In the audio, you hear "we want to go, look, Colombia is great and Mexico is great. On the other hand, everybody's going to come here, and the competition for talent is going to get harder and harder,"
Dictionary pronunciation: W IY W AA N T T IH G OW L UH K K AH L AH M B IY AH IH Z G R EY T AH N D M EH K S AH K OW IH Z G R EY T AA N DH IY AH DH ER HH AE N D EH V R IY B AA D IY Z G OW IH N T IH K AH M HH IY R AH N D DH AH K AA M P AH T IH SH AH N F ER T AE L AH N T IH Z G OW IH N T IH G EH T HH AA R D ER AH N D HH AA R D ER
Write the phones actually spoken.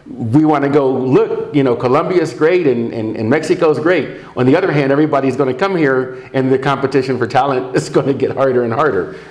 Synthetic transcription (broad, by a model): W IY W AA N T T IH G OW L UH K K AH L AH M B IY IH Z G R EY T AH N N M EH K S AH K OW IH Z G R EY T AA N DH IY AH DH ER HH AE N D EH V R IY B AA D IY Z G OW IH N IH K AH M HH IY R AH N DH AH K AA M P AH T IH SH AH N F ER T AE L AH N T IH Z G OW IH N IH G EH T HH AA R D ER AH N HH AA R D ER